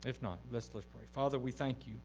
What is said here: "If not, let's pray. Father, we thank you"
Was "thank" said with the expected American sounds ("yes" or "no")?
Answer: yes